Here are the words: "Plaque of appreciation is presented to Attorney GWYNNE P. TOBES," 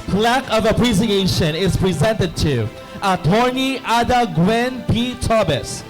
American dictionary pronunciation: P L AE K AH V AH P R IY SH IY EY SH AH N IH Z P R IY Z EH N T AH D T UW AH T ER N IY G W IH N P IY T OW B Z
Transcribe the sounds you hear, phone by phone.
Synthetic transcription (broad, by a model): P L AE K AH V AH P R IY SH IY EY SH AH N IH Z P R IY Z EH N T AH D T UW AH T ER N IY G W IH N P IY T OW B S